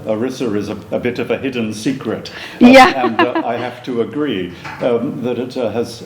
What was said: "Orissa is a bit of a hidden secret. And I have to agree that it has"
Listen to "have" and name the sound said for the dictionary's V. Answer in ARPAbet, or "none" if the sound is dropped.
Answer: F